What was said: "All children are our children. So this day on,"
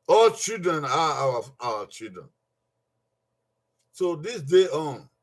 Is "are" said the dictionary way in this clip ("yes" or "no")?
no